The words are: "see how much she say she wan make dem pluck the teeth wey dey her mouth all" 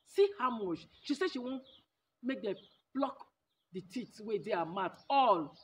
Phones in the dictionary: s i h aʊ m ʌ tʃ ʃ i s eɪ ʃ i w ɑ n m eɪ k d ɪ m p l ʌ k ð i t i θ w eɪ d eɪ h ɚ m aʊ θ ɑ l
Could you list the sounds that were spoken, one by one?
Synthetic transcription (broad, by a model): s i h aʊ m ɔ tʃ ʃ i s eɪ ʃ i w ɑ n m eɪ k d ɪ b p l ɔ k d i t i t w eɪ d eɪ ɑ m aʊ t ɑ l